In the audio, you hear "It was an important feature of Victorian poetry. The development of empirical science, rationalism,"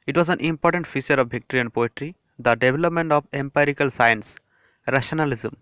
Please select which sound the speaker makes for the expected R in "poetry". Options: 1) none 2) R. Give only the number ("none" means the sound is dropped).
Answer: 2